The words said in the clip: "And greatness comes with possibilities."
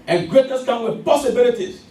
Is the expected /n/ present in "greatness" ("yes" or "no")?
no